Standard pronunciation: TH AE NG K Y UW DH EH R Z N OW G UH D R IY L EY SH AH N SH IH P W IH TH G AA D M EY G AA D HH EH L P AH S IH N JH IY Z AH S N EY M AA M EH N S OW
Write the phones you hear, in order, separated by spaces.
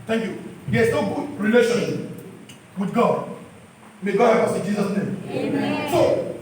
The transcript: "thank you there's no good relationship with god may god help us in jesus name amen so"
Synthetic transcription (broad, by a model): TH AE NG K Y UW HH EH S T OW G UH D R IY L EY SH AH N W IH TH G AA D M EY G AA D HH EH P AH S IH N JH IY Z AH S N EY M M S OW